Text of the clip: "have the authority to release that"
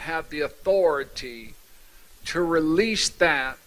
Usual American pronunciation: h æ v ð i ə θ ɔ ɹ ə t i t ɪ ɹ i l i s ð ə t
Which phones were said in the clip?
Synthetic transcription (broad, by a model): h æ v ð i ə θ ɔ ɹ ə t i t ɪ ɹ i l i s ð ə t